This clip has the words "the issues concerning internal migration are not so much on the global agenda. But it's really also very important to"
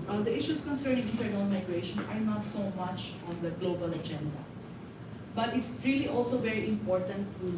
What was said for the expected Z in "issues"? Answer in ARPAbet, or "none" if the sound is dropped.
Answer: S